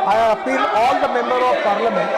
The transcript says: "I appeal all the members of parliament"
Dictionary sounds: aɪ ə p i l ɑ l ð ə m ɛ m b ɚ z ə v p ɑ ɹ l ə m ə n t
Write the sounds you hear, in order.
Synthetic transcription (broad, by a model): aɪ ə f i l ɑ l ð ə m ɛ m b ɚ ə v p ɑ ɹ l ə m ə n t